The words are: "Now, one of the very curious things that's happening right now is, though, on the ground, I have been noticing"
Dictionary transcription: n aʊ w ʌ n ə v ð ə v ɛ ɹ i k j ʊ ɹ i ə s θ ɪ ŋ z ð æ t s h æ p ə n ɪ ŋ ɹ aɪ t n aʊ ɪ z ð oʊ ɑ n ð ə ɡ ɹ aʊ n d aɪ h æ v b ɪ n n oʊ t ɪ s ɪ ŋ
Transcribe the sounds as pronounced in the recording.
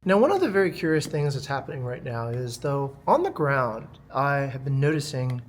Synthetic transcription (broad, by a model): n aʊ w ʌ n ə v ð ə v ɛ ɹ i k j ʊ ɹ i ə s θ ɪ ŋ z ð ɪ t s h æ p ə n ɪ ŋ ɹ aɪ t n aʊ ɪ z ð oʊ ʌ n ð ə ɡ ɹ aʊ n d aɪ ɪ v b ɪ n n oʊ t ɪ s ɪ ŋ